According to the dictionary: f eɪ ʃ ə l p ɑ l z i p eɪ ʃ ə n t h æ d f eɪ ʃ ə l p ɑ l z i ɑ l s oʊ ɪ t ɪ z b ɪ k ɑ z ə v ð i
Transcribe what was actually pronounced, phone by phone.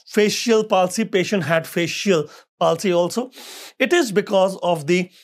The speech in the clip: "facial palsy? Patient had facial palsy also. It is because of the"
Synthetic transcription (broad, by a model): f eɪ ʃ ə l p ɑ l s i p eɪ ʃ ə n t h æ d f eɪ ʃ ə l p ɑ l s i ɑ l s oʊ ɪ t ɪ z b ɪ k ɑ z ə v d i